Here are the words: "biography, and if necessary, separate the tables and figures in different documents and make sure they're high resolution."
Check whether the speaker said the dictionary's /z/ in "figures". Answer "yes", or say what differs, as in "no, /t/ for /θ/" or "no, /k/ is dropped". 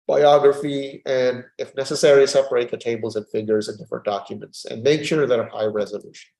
yes